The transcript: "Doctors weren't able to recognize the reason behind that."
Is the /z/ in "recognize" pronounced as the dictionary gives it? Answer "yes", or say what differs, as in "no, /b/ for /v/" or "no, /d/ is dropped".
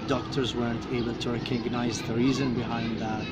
yes